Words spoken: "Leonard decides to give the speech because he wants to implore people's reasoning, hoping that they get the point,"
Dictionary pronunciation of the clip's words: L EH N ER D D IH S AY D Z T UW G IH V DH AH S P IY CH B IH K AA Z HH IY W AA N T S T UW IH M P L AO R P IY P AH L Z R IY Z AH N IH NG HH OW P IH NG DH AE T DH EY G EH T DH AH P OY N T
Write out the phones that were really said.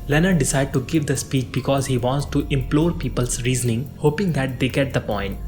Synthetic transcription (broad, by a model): L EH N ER D D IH S AY D T UW G IH V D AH S P IY CH B IH K AA Z HH IY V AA N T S T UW IH M P L AO R P IY P AH L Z R IY Z AH N IH NG HH OW P IH NG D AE T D EY G EH T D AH P OY N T